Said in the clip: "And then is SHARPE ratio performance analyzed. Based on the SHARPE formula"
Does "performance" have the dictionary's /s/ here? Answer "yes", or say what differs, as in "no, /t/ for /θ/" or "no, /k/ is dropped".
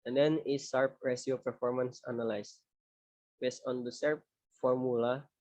yes